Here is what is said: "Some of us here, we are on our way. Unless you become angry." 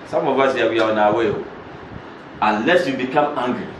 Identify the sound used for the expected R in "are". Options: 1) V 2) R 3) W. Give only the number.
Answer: 3